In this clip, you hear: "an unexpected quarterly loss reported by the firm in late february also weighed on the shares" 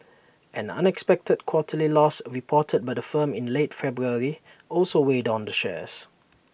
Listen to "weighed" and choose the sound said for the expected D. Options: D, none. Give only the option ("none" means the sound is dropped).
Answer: D